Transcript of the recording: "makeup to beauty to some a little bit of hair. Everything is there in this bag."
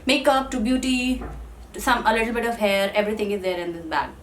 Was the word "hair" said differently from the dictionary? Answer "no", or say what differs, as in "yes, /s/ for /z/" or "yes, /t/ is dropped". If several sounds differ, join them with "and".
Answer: no